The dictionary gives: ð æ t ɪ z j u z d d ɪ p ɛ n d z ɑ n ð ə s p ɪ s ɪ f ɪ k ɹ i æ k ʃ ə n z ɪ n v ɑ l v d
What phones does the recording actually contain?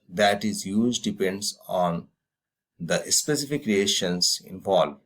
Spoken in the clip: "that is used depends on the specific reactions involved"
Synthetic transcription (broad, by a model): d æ t ɪ z j u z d d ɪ p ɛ n d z ɑ n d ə s p ɪ s ɪ f ɪ k ɹ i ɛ ʃ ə n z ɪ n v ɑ l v